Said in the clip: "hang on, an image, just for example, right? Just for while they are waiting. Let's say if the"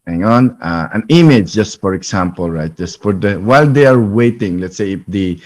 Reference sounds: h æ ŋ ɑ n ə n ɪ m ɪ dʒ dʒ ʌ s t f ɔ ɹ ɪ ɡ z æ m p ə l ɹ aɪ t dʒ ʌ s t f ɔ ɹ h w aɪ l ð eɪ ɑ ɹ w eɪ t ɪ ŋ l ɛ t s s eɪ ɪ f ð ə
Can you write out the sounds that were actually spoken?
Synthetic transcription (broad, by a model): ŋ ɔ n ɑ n ə n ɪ m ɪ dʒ dʒ ʌ s t f ɔ ɹ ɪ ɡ s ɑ m p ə l ɹ aɪ t dʒ ʌ s t f ɔ ɹ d w aɪ l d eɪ ɑ ɹ w eɪ t ɪ ŋ l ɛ t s s eɪ ɪ f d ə